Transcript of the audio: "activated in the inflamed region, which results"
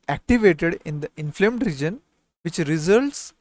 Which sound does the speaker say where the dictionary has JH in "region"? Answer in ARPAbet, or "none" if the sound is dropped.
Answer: JH